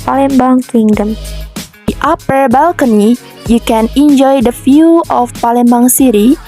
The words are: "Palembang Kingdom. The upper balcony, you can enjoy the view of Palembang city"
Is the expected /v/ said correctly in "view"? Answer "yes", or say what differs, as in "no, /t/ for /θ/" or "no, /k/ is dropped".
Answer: no, /f/ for /v/